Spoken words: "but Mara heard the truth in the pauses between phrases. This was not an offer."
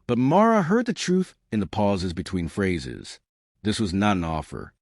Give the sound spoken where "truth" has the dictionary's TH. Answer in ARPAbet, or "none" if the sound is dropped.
TH